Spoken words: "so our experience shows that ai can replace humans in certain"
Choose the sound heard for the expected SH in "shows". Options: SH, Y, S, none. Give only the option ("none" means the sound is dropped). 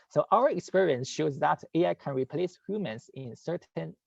SH